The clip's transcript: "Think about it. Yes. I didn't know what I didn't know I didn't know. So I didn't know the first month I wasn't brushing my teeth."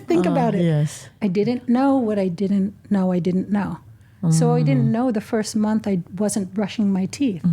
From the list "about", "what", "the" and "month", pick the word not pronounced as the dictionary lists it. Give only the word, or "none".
none